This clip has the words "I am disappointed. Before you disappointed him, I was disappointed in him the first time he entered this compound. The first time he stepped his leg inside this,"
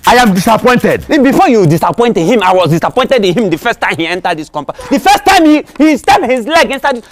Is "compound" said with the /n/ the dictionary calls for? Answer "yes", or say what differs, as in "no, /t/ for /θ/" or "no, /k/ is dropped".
no, /n/ is dropped